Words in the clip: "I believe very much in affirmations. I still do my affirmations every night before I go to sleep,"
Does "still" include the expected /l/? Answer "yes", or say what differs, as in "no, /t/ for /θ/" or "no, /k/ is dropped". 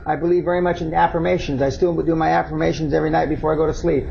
no, /w/ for /l/